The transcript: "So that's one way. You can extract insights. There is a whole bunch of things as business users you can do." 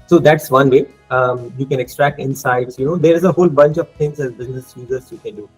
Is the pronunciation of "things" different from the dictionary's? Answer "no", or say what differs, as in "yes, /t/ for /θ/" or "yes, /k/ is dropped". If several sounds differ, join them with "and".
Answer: yes, /t/ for /θ/